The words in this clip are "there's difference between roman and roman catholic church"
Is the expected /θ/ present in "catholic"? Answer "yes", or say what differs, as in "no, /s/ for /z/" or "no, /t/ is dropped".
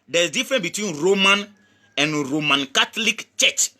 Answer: no, /t/ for /θ/